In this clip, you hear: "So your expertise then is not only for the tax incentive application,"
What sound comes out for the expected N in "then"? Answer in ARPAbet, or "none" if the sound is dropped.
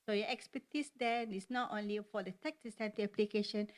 none